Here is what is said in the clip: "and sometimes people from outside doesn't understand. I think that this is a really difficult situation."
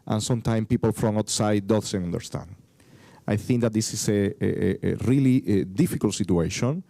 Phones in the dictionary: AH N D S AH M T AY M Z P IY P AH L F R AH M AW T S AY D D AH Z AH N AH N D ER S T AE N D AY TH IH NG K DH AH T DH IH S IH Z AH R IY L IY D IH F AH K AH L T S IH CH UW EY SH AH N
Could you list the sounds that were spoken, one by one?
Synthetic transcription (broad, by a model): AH N S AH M T AY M P IY P AH L F R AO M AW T S AY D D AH S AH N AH N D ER S T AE N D AY TH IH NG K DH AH T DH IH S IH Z AH R IY L IY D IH F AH K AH L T S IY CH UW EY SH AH N